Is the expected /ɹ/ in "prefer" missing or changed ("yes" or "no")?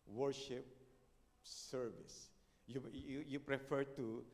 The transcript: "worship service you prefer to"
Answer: no